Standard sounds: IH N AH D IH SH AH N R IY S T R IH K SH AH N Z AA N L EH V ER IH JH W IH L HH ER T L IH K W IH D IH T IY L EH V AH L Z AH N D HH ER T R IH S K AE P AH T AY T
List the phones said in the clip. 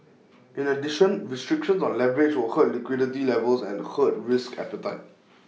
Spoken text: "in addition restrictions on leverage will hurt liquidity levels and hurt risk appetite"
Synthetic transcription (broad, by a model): IH N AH D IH SH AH N R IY S T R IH K SH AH N S AA N L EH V ER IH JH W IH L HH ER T L IH K W IH D IH T IY L EH V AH L S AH N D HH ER T R IH S K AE P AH T AY T